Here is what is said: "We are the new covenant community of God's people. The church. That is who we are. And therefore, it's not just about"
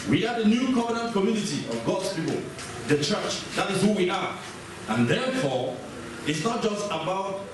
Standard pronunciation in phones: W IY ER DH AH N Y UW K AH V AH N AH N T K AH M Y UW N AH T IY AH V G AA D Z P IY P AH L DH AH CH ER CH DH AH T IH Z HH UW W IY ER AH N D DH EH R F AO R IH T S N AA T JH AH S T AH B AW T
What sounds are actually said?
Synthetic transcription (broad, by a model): W IY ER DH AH N Y UW K AH V AH N AH N T K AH M Y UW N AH T IY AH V G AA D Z P IY P AH L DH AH CH ER CH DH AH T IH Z HH UW W IY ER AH N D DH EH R F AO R IH T S N AA T JH AH S T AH B AW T